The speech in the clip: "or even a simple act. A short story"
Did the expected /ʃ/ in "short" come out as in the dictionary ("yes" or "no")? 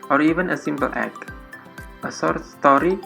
no